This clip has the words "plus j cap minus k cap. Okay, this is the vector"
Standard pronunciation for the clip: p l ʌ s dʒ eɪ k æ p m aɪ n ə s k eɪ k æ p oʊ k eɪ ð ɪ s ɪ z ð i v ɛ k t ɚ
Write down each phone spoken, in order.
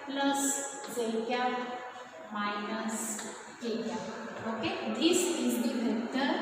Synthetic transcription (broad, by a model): p l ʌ s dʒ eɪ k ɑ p m aɪ n ə s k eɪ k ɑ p oʊ k eɪ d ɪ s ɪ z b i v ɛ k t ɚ